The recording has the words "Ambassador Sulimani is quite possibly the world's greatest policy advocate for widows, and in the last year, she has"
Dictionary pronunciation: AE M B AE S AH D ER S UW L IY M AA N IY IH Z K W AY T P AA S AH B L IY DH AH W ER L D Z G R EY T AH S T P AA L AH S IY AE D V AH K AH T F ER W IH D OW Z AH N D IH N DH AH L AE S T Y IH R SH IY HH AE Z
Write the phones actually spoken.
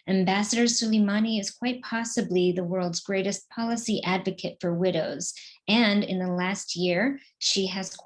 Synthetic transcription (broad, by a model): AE M B AE S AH D ER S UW L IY M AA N IY IH Z K W AY T P AA S AH B L IY DH AH W ER L D Z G R EY T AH S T P AA L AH S IY AE D V AH K AH T F ER W IH D OW Z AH N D IH N DH AH L AE S T Y IH R SH IY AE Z